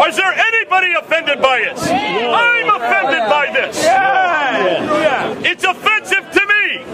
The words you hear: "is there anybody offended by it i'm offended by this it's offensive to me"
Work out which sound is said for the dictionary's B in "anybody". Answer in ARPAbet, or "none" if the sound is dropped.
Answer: B